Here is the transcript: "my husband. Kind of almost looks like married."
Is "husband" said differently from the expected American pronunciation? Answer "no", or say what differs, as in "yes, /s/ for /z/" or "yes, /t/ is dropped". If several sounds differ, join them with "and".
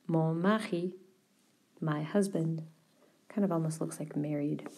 no